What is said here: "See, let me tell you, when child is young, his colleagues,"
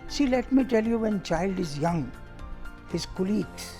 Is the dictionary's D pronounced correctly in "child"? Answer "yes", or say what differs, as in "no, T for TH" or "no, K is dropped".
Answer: yes